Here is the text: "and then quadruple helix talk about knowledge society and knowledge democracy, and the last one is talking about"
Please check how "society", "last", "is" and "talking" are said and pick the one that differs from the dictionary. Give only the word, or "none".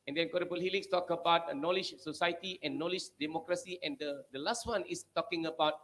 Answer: is